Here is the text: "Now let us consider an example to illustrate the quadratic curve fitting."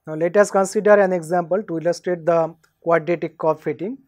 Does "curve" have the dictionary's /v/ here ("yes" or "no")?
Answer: no